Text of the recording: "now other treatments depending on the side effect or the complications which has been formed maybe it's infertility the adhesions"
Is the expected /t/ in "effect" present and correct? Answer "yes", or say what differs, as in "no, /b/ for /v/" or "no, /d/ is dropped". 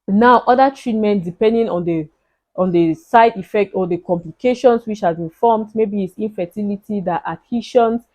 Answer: yes